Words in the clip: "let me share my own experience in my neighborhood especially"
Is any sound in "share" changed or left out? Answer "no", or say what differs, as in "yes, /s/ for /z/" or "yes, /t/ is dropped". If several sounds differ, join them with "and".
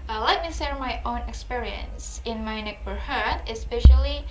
yes, /s/ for /ʃ/